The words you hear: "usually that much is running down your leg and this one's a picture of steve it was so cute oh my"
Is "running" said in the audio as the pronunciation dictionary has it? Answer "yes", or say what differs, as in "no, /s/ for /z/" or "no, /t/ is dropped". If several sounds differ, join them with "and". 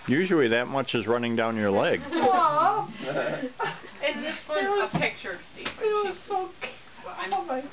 yes